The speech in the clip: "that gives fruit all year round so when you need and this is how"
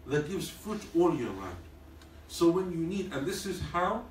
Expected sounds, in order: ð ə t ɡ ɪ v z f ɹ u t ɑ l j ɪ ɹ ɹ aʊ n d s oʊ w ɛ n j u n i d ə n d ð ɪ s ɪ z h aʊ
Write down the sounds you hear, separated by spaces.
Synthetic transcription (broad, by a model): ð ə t ɡ ɪ v z f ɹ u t ɑ l j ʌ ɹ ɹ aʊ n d s oʊ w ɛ n j u n i d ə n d ð ɪ s ɪ z h aʊ